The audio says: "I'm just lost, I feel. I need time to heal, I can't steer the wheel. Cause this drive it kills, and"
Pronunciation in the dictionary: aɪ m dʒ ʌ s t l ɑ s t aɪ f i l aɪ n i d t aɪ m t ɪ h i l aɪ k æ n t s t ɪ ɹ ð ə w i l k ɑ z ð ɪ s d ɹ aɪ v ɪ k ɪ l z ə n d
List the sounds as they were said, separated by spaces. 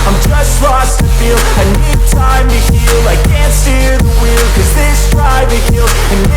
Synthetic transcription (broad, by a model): aɪ m dʒ ʌ s t l ɑ s t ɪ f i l aɪ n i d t aɪ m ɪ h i l aɪ k æ n t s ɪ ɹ ð ə w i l k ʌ z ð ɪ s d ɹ aɪ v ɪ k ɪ l ə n